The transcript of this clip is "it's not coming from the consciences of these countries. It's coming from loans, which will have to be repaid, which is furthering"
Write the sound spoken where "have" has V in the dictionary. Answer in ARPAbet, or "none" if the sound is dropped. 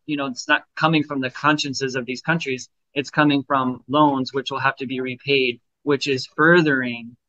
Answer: F